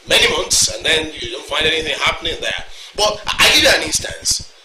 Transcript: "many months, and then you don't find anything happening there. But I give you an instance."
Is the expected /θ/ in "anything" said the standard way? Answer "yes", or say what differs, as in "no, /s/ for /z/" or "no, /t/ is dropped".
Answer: yes